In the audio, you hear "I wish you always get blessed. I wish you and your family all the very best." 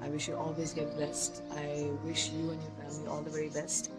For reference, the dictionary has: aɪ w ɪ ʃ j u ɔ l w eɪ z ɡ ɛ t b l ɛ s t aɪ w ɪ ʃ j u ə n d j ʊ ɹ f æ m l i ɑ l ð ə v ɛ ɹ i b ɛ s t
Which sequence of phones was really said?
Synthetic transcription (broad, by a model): aɪ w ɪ ʃ j u ɔ l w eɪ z ɡ ɛ t b l ɛ s t aɪ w ɪ ʃ j u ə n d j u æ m i ɑ l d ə v ɛ ɹ i b ɛ s t